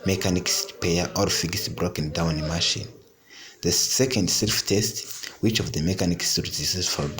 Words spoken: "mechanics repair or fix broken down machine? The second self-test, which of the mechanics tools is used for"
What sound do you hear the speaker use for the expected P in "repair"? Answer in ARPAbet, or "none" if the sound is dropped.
none